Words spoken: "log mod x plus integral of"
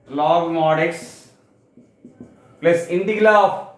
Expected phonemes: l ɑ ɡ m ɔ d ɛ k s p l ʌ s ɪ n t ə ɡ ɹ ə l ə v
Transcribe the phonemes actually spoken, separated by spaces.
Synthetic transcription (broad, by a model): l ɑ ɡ m ɔ d ɛ k s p l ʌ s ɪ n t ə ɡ l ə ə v